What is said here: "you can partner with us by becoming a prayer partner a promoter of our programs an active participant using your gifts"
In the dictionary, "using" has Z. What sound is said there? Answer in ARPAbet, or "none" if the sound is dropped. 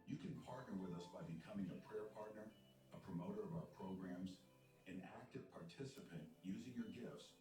Z